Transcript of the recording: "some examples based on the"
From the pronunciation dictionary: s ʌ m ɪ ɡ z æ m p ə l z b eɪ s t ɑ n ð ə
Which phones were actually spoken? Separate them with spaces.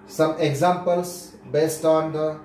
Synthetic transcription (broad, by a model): s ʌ m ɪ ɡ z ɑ m p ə l s b eɪ s t ɑ n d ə